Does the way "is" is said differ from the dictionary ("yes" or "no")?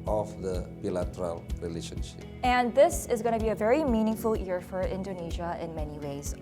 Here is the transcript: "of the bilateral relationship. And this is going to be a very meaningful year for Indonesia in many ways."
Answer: no